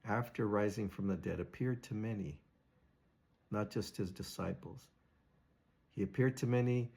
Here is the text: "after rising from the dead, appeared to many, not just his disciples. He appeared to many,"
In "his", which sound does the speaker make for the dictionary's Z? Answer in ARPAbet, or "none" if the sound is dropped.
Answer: Z